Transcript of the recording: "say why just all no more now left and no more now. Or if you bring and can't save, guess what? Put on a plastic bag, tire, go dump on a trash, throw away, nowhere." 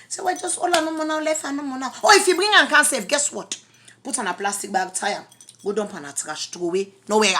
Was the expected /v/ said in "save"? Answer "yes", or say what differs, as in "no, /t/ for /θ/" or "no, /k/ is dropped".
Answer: no, /f/ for /v/